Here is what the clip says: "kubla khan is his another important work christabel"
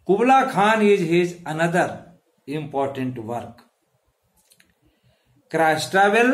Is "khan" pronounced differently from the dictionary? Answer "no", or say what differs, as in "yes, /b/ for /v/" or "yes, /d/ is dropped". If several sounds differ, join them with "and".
no